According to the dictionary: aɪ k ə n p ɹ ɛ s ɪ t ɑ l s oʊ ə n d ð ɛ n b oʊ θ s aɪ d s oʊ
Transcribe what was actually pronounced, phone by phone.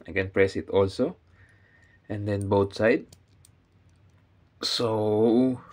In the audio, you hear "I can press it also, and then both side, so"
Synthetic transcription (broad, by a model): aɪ k ə n p ɹ ɛ s ɪ t ɑ l s oʊ ə n d ɛ n b oʊ t s aɪ d s oʊ